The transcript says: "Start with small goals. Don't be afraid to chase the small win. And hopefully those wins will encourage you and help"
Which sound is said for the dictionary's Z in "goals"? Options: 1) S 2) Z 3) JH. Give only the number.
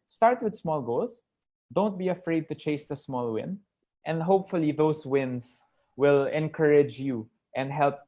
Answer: 1